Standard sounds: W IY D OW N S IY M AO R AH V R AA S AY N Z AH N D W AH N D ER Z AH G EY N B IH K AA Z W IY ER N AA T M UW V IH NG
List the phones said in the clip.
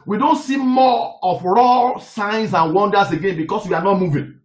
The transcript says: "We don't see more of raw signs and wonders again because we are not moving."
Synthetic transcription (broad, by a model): W IY D OW N S IY M AO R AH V R AA S AY N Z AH N W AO N D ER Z AH G EY N B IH K AA S W IY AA N AA T M UW V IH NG